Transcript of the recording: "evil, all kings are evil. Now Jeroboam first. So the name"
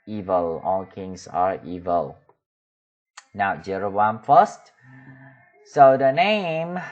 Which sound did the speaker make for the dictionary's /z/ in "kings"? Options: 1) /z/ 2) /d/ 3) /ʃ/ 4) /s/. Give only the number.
4